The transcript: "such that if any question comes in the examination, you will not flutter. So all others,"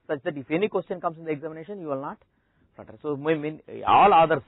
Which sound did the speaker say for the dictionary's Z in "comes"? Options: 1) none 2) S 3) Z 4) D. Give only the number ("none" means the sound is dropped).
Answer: 2